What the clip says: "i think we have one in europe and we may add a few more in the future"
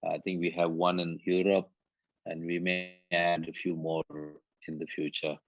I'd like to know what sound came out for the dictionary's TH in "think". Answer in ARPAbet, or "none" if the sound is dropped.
T